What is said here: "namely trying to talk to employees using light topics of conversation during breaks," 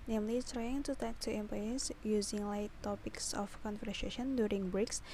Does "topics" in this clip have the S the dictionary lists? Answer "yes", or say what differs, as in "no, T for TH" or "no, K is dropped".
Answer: yes